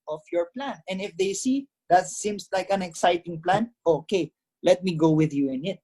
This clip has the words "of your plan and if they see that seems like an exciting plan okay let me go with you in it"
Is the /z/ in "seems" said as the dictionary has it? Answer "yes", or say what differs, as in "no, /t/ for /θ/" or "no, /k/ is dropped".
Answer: no, /s/ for /z/